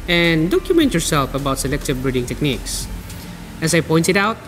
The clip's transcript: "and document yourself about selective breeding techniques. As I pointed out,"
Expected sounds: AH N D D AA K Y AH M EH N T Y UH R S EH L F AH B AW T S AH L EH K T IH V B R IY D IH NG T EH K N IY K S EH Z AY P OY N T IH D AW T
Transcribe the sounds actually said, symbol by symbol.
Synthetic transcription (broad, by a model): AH N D D AA K Y AH M EH N T Y UH R S EH L F AH B AW T S AH L EH K T IH V B R IY D IH NG T EH K N IY K S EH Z AY P OY N T IH D AW T